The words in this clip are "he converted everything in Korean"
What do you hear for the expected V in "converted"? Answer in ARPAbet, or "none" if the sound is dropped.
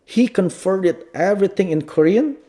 F